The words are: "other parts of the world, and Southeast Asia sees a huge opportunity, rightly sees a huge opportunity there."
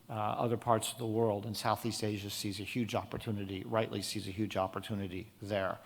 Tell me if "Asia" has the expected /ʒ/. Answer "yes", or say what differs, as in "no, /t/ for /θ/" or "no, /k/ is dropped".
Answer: yes